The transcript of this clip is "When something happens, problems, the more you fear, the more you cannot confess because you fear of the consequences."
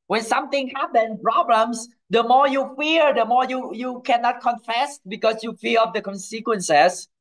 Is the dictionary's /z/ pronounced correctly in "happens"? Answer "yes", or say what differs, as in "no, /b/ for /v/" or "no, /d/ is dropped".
no, /z/ is dropped